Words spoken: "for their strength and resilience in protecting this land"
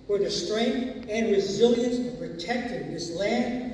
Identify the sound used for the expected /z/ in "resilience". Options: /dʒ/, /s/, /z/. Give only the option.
/z/